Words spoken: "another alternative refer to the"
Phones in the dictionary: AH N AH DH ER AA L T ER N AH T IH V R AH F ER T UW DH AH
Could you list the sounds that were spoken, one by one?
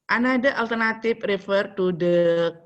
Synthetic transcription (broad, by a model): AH N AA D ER AA L T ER N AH T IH P R AH F ER T UW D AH